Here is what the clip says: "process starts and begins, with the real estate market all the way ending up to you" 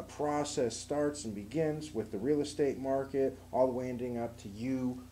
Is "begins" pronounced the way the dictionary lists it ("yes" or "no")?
yes